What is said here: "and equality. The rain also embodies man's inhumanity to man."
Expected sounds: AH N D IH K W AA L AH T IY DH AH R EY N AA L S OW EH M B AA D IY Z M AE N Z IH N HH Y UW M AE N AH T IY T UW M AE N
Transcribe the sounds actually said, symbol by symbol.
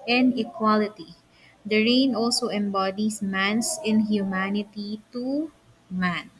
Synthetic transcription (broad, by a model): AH N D IH K W AA L AH T IY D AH R EY N AA L S OW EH M B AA D IY S M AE N S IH N HH Y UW M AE N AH T IY T UW M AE N